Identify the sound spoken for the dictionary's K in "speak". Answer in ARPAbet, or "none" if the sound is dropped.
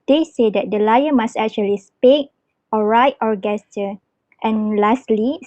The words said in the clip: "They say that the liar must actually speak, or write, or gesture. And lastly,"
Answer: none